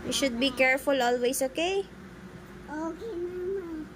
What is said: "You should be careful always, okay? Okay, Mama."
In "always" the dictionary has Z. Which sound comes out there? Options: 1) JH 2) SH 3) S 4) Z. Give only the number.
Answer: 3